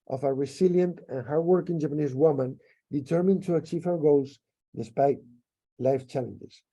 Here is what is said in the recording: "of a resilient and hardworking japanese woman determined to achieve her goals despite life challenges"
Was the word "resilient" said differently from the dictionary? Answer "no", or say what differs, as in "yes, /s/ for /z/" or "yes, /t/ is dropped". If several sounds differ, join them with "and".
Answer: yes, /s/ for /z/